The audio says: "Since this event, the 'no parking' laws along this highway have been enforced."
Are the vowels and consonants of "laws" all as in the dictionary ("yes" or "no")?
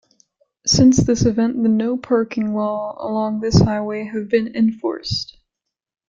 no